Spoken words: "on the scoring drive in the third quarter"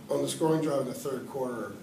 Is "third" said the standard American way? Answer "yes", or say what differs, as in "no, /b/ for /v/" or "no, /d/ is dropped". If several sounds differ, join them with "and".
yes